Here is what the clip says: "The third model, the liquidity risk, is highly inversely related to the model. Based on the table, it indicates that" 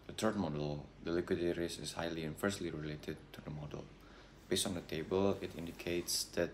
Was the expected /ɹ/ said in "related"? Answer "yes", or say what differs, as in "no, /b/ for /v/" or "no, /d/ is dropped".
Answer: yes